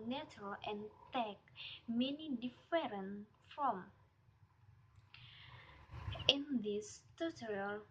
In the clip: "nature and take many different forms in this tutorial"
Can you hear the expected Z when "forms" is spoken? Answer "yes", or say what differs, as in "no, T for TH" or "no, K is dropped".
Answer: no, Z is dropped